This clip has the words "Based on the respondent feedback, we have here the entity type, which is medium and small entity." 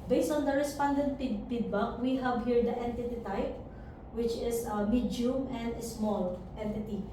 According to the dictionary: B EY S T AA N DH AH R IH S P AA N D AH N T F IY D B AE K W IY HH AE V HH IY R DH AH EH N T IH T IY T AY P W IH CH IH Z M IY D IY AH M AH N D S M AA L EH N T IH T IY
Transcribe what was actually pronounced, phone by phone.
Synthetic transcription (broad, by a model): B EY S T AA N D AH R IH S P AA N D AH N T P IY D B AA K W IY HH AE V HH IY R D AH EH N T IH T IY T AY P W IH CH IH S M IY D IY M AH N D S M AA L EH N T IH T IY